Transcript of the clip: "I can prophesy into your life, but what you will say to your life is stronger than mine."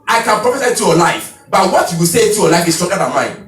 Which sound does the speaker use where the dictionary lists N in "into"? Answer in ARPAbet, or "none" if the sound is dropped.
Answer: none